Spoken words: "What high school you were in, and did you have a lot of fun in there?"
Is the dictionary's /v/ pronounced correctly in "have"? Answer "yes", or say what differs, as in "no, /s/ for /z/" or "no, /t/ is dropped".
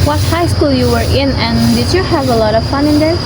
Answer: yes